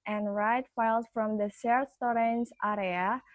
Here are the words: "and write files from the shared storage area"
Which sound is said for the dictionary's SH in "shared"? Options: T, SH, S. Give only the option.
S